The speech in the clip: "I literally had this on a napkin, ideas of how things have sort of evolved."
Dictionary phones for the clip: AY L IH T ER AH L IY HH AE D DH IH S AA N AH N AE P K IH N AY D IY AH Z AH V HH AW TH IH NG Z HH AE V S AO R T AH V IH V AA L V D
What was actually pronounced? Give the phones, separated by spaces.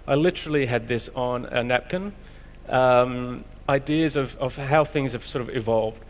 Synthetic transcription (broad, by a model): AY L IH T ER L IY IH D DH IH S N AH N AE P K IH N AY D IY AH Z AH V HH AW TH IH NG Z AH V S AO R T AH V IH V AA L V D